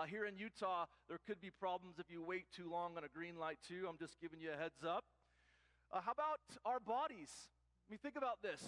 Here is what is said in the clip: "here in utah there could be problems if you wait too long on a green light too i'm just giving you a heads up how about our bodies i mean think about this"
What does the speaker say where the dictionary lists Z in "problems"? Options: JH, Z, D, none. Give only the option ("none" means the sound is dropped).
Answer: Z